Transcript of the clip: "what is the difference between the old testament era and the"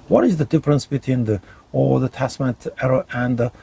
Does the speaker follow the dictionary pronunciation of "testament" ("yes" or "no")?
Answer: no